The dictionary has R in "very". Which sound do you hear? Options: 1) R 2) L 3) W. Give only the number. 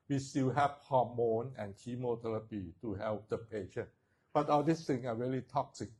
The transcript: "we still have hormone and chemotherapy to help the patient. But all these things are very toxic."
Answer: 2